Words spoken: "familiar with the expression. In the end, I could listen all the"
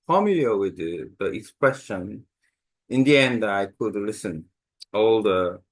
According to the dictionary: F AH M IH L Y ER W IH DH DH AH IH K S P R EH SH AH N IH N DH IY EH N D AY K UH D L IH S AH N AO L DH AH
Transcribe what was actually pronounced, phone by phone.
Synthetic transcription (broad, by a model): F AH M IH L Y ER W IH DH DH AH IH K S P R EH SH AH N IH N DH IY EH N D AY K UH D L IH S AH N AO L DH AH